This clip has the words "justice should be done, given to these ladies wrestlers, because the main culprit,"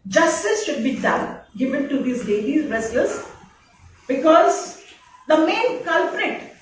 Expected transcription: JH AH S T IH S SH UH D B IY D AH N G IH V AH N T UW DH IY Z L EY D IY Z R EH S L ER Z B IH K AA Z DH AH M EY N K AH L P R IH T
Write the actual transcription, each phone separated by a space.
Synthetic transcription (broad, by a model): JH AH S T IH S SH UH D B IY D AH N G IH V AH N T UW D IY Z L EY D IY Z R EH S ER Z B IH K AA Z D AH M EY N K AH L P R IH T